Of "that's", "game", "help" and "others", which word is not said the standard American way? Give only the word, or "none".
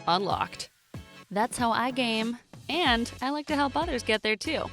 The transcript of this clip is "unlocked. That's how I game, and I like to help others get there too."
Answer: none